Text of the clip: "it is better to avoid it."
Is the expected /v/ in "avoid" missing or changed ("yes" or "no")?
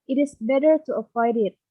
yes